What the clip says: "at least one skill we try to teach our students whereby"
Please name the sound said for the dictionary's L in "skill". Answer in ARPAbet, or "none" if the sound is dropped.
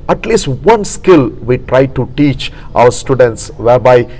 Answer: L